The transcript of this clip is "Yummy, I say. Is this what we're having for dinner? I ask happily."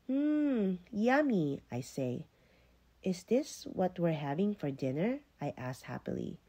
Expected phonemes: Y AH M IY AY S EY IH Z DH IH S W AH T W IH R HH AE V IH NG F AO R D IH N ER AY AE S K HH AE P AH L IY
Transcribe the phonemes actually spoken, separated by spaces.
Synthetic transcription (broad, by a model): Y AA M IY AY S EY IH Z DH IH S W AH T W IH R HH AE V IH NG F AO R D IH N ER AY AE S HH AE P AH L IY